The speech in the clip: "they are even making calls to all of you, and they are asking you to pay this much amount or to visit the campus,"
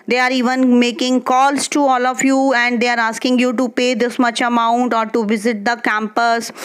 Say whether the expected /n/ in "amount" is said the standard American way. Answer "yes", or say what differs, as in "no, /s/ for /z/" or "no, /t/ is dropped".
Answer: yes